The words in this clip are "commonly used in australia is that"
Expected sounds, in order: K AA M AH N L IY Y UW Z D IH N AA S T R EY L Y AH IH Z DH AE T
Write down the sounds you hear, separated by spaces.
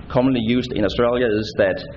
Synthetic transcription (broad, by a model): K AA M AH N L IY Y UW S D IH N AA S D R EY L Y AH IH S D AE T